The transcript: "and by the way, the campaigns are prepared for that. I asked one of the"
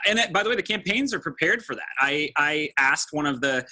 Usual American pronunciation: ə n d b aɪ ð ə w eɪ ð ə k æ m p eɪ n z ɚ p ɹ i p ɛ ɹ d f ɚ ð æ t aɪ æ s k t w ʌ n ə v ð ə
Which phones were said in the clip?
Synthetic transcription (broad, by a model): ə n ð b aɪ ð ə w eɪ ð ə k æ m p eɪ n z ɚ p ɹ i p ɛ ɹ d f ɚ ð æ t aɪ æ s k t w ʌ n ə v ð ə